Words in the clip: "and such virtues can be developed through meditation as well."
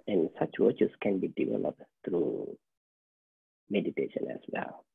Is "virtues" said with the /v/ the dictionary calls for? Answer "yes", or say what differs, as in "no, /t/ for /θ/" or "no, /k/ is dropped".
no, /w/ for /v/